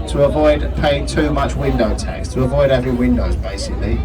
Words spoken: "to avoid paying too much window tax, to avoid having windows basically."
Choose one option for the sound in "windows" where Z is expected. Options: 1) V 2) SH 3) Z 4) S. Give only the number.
3